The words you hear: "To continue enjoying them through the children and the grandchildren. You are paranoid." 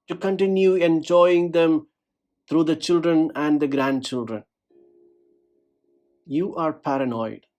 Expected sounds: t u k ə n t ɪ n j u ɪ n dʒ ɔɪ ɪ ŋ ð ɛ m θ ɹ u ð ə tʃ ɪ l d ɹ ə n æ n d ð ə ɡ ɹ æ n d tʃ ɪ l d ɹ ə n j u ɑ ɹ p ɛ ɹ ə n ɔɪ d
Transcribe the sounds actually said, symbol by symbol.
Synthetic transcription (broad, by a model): t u k ə n t ɪ n j u ɪ n dʒ ɔɪ ɪ ŋ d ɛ m t ɹ u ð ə tʃ ɪ l d ɹ ə n æ n d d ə ɡ ɹ æ n d tʃ ɪ l d ɹ ə n j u ɑ ɹ p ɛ ɹ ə n ɔɪ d